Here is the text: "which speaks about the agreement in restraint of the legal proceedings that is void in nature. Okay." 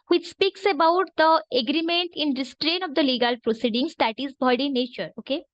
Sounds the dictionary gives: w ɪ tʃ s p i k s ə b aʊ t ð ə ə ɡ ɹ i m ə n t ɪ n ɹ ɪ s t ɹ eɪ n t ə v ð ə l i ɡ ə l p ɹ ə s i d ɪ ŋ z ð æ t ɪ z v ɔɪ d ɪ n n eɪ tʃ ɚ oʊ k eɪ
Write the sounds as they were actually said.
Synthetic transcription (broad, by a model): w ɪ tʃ s p i k s ə b aʊ t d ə ə ɡ ɹ i m ə n t ɪ n ɹ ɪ s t ɹ eɪ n ə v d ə l i ɡ ə l p ɹ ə s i d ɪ ŋ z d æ t ɪ z b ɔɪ d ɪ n n eɪ tʃ ɚ oʊ k eɪ